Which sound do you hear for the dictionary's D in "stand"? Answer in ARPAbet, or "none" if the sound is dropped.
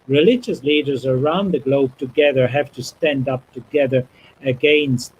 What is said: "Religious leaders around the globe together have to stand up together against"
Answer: D